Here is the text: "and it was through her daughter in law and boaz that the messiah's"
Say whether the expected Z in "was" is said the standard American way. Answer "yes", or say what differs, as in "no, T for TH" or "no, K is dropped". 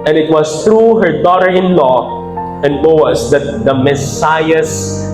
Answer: no, S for Z